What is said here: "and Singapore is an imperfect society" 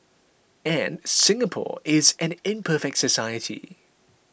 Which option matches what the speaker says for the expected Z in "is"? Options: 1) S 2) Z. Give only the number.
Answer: 2